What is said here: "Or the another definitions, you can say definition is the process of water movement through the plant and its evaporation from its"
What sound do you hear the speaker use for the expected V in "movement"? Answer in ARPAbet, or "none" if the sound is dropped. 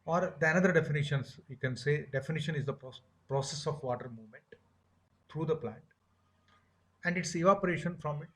V